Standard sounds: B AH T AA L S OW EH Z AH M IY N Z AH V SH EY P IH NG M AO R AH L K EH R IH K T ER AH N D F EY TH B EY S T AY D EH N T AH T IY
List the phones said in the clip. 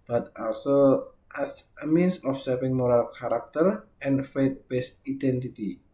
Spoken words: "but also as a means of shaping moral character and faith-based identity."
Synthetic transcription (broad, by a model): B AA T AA L S OW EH S AH M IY N S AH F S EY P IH NG M AO R AH L K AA R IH K T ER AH N F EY T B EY S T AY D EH N T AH T IY